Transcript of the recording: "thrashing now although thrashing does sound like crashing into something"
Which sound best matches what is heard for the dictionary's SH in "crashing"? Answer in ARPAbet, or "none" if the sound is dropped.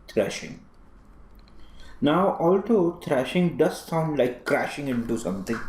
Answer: SH